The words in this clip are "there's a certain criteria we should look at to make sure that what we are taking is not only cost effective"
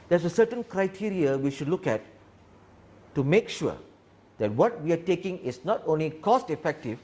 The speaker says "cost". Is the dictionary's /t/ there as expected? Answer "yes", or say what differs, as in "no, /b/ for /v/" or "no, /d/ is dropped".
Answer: yes